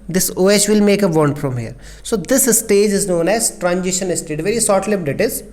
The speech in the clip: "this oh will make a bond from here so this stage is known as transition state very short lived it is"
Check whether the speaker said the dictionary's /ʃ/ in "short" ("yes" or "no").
no